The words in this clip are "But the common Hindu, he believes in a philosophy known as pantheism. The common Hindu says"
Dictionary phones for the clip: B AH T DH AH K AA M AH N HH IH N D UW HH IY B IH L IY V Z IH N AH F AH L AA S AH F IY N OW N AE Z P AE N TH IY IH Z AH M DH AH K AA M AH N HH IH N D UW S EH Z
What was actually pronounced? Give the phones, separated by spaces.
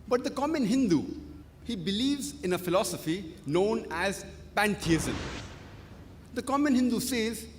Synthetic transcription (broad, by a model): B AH T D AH K AA M AH N HH IH N D UW HH IY B IH L IY V Z IH N AH F AH L AA S AH F IY N OW N AE Z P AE N T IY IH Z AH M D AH K AA M AH N HH IH N D UW S EH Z